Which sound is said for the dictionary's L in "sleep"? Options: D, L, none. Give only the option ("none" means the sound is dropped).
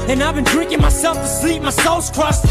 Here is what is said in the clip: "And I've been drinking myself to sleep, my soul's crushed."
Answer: L